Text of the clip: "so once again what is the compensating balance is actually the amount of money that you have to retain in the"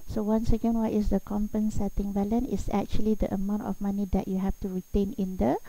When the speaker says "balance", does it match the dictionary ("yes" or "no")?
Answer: no